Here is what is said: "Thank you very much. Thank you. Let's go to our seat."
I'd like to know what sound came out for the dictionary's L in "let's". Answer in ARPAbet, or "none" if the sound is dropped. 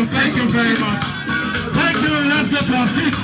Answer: N